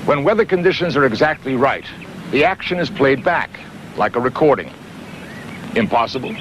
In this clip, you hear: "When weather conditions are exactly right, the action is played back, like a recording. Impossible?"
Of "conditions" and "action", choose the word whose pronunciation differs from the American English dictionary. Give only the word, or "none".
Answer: none